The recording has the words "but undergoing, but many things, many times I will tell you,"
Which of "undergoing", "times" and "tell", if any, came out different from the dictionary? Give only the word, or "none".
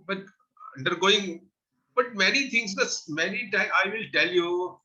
times